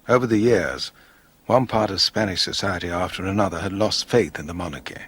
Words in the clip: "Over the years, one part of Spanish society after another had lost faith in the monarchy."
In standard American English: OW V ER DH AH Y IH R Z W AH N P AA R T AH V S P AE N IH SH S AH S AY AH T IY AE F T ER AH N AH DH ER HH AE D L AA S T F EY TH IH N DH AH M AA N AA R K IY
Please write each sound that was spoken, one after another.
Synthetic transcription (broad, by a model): OW V ER DH AH Y IH R Z W AH N P AA R T AH V S P AE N IH SH S AH S AY AH T IY AE F T ER AH N AH DH ER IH D L AA S T F EY TH IH N DH AH M AA N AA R K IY